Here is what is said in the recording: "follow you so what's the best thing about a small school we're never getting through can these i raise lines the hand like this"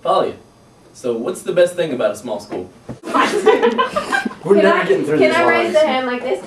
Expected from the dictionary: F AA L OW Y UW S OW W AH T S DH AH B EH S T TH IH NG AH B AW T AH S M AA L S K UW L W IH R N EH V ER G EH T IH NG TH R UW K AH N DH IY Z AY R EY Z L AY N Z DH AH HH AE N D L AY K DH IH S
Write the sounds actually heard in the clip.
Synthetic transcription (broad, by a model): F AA L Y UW S OW W AH T S DH AH B EH S T TH IH NG AH B AW T AH S M AA L S K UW L W IH R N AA IH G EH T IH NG TH R UW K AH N AY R EY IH Z DH AH HH AE N D L AY K DH IH S